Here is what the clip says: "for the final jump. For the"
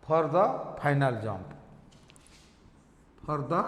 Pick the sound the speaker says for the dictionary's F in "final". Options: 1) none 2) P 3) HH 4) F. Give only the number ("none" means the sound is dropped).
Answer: 2